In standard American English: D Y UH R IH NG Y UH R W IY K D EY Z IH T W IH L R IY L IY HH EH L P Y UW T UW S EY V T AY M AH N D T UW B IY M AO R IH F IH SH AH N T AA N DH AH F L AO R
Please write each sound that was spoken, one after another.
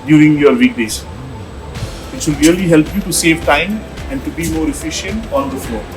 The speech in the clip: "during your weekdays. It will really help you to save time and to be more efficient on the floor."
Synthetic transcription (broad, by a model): D Y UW R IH NG Y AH R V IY K D EY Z IH T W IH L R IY L IY HH EH L P Y UW T UW S EY V T AY M AH N D T UW B IY M AO R IH F IH SH AH N T AA N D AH F L AO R